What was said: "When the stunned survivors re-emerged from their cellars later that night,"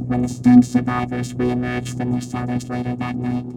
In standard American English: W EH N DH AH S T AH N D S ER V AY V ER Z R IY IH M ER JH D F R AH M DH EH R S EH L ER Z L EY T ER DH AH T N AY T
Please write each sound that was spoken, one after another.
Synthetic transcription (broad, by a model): W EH N DH AH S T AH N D S ER V AY V ER Z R IY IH M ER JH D F R AH M DH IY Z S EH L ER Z L EY T ER DH AH T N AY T